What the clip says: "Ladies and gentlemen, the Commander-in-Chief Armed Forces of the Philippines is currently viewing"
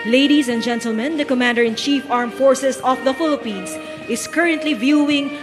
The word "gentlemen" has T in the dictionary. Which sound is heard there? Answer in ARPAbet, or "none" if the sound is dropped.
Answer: T